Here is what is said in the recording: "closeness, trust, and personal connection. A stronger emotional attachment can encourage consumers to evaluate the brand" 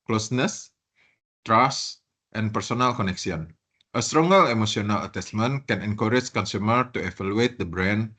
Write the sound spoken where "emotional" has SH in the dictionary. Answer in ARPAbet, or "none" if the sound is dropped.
S